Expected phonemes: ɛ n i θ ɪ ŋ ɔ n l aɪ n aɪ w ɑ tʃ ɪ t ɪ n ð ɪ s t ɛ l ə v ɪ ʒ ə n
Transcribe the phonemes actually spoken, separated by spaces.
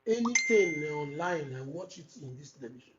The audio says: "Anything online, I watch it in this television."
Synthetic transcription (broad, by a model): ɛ n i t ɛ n ɔ n l aɪ n aɪ w ɑ tʃ ɪ t ɪ n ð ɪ s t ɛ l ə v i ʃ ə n